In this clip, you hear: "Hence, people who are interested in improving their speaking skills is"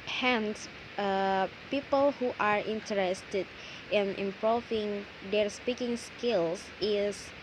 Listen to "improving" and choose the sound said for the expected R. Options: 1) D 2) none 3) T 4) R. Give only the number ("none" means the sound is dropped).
2